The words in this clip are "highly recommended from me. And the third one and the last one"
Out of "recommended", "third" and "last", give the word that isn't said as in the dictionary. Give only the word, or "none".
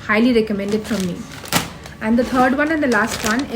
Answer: third